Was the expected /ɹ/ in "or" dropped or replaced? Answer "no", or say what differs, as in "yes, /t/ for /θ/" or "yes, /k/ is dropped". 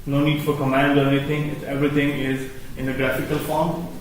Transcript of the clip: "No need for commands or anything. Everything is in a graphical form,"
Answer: no